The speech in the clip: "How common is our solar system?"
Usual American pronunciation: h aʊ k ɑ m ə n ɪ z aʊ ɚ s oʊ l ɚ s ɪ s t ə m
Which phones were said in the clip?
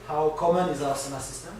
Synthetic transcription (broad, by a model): h aʊ k ɑ m ə n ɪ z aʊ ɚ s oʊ n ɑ s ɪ s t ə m